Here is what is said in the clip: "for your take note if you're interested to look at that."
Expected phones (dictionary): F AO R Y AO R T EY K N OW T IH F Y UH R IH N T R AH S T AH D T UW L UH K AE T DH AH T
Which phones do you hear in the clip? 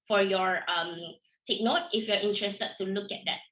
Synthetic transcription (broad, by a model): F AO R Y AO R S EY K N OW T IH F Y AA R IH N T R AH S T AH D T UW L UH K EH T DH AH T